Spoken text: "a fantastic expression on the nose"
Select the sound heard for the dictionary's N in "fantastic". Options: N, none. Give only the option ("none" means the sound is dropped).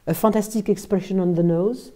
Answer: none